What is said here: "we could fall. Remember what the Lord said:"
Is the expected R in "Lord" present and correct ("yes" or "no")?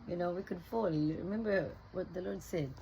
yes